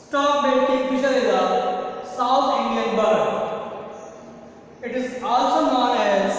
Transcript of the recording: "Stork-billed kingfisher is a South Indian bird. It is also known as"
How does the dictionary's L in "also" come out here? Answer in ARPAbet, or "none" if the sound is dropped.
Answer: L